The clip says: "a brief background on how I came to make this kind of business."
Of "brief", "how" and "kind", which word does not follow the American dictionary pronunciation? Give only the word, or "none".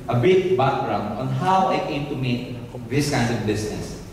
brief